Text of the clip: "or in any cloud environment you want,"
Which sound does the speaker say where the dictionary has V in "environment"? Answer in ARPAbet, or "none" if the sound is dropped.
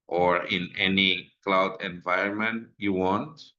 V